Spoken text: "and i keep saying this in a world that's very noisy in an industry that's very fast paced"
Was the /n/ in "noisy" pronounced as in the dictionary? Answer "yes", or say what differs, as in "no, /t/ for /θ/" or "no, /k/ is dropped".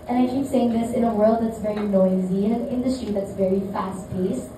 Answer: yes